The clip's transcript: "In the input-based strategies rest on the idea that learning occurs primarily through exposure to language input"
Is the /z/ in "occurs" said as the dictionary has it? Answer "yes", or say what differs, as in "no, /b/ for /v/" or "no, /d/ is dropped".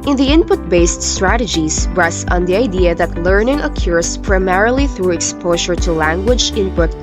no, /s/ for /z/